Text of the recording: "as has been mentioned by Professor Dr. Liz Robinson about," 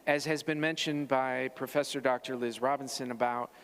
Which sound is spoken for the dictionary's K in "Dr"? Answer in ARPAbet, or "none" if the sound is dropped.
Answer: K